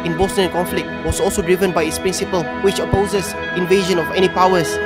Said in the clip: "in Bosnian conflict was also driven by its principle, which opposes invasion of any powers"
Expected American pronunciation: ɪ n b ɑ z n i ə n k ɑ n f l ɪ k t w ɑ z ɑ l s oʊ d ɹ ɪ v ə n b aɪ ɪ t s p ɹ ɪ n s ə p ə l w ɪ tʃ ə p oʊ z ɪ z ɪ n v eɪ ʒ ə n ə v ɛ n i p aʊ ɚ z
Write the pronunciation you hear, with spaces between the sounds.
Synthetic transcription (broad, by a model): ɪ n b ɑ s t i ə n k ɑ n f l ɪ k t w ɑ s ɑ l s oʊ d ɹ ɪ v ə n b aɪ ɪ t s p ɹ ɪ n s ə p ə l w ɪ tʃ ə p oʊ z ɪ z ɪ n v eɪ ʒ ə n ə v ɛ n i p aʊ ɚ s